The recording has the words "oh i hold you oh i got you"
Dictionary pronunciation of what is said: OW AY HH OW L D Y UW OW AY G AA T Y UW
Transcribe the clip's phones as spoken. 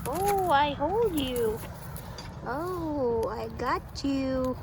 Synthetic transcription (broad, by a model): OW AY HH OW L D Y UW OW AY G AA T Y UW